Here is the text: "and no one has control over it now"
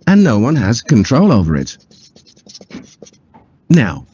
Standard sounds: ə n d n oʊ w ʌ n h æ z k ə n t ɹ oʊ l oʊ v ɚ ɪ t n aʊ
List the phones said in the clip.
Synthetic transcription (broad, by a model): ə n n oʊ w ʌ n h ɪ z k ə n t ɹ oʊ l oʊ v ɚ ɪ t n aʊ